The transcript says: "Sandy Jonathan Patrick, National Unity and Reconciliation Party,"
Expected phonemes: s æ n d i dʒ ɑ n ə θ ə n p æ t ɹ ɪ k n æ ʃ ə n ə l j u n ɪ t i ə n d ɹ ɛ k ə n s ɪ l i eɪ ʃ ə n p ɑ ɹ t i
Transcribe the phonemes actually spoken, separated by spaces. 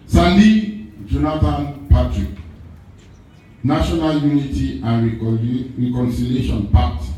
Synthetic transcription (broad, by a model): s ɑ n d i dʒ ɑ n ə t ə n p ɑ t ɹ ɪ k n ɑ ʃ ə n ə l j u n ɪ t i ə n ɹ ɹ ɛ k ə n s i l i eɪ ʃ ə n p ɑ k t